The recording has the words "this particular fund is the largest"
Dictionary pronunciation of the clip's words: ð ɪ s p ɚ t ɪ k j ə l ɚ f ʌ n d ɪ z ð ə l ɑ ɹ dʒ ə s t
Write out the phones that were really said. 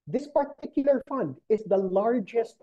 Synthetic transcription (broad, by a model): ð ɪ s p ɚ t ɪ k j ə l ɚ f ʌ n d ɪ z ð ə l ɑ ɹ dʒ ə s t